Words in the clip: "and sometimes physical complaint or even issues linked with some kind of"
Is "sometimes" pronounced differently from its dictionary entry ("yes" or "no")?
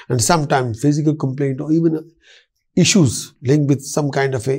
yes